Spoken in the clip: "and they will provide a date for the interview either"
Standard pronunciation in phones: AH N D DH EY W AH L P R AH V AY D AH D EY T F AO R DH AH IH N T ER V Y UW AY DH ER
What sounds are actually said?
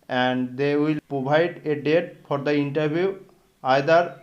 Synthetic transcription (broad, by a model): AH N D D EY W AH L P R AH B AY D AH D EY T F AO R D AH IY N T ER B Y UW AY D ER